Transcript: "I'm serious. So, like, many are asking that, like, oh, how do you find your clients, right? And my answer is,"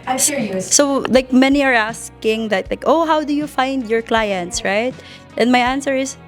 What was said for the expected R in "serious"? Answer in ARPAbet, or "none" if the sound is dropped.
L